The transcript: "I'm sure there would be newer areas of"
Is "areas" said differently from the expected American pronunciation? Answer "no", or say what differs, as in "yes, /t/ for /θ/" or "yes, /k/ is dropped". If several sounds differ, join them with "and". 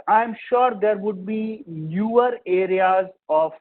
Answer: no